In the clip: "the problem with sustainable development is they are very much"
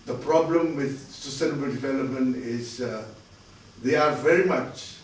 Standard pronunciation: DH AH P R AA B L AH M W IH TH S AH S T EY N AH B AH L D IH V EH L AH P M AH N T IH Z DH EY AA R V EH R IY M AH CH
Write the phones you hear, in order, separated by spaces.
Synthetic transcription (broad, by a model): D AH P R AA B L AH M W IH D S AH S T EY N AH B AH L D IH V EH L AH P M AH N T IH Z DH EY AA R V EH R IY M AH CH